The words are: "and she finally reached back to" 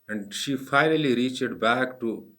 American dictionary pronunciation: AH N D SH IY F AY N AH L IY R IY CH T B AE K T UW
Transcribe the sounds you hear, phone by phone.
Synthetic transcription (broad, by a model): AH N D SH IY F AY N AH L IY R IY CH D B AE K T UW